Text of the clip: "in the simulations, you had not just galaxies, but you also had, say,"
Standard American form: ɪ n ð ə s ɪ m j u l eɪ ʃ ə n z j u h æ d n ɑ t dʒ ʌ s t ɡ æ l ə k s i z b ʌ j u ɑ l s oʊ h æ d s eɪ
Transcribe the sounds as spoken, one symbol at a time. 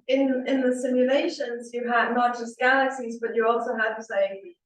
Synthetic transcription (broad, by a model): ɪ n ð ə s ɪ m j u l eɪ ʃ ə n z j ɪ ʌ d n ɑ t dʒ ʌ s t ɡ æ l ə k s i z b ʌ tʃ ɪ ɑ l s oʊ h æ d s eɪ